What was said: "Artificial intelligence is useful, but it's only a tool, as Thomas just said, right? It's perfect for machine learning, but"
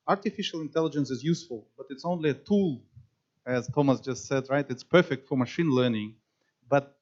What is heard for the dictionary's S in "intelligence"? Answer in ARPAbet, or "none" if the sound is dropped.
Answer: S